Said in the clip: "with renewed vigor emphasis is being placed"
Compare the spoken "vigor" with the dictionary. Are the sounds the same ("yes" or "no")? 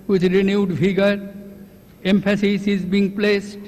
no